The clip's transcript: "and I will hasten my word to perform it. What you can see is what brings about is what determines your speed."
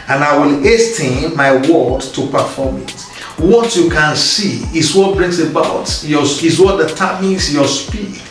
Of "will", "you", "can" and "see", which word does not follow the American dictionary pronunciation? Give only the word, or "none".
none